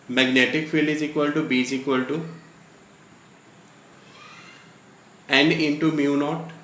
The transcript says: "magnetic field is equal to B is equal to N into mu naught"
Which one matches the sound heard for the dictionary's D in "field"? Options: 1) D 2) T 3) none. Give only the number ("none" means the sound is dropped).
3